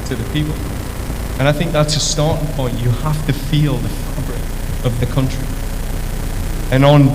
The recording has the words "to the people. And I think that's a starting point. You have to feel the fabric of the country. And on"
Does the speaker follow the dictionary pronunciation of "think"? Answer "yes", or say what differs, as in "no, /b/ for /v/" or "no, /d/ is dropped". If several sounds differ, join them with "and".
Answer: yes